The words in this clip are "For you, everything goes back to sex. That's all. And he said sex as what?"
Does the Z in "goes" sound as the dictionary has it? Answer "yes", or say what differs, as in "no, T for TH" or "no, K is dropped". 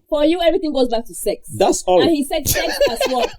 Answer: yes